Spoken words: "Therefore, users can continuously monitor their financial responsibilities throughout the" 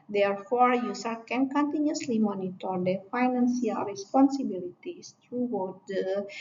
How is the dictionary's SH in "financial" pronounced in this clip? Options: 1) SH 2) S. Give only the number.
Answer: 2